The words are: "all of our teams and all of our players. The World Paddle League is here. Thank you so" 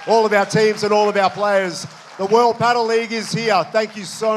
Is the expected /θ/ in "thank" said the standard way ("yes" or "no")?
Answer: yes